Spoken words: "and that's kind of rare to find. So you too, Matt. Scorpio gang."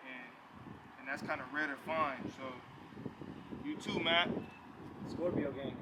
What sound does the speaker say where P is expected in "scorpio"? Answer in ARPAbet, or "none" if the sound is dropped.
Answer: B